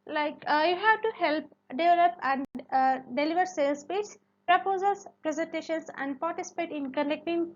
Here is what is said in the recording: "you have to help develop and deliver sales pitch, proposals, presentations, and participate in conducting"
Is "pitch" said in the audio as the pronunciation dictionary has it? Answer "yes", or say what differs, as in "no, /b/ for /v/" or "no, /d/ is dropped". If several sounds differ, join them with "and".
no, /s/ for /tʃ/